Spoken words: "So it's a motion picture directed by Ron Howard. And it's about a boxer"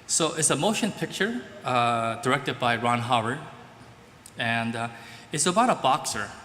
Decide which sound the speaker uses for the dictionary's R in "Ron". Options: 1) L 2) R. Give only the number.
2